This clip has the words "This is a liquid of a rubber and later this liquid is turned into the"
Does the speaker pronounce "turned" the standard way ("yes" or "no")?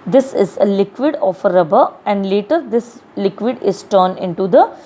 no